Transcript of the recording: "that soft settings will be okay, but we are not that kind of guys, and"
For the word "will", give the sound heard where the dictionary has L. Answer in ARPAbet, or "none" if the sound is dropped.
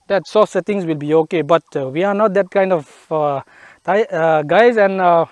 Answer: L